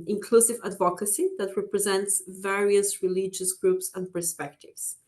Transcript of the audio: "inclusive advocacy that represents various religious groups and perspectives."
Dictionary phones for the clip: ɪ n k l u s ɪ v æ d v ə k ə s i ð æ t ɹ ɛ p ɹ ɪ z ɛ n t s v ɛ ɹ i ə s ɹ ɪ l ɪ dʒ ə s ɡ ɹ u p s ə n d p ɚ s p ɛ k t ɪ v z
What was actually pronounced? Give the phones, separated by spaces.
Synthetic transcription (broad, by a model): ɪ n k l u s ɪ v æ d v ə k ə s i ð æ t ɹ ɛ p ɹ ɪ z ɛ n t s v ɛ ɹ i ə s ɹ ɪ l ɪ dʒ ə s ɡ ɹ u p s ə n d p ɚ s p ɛ k t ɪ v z